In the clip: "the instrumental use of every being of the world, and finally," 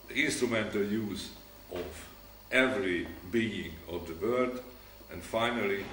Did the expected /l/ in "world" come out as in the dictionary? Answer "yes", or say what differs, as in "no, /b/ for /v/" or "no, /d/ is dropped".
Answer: no, /l/ is dropped